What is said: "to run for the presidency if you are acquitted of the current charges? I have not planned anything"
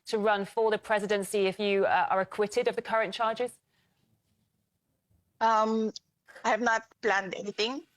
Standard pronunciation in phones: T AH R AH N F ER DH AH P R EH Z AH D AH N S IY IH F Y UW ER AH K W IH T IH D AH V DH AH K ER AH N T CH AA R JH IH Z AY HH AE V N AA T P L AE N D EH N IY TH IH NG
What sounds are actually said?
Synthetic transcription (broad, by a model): T AH R AH N F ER DH AH P R EH Z AH D AH N S IY IH F Y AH ER AH K W IH T IH D AH V DH AH K ER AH N CH AA JH IH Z AY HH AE V N AA T P L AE N D EH N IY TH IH NG